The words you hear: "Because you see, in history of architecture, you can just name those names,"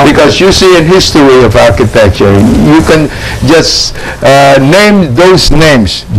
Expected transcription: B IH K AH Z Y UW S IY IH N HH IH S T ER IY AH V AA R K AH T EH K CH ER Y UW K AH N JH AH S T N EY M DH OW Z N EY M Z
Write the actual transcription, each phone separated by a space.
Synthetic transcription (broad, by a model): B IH K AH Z Y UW S IY IH N HH IH S T ER IY AH V AA R K AH T EH K CH ER Y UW K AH N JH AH S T N EY M DH OW Z N EY M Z